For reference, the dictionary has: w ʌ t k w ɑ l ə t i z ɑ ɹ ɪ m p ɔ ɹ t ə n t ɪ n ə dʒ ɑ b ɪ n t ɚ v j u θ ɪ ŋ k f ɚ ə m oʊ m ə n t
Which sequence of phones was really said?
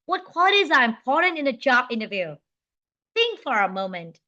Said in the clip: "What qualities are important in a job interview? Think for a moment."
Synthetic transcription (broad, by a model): w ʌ t k w ɑ l ə t i z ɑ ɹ ɪ m p ɔ ɹ t ə n t ɪ n ə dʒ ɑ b ɪ n t ɚ v j u θ ɪ ŋ k f ɚ ə m oʊ m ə n t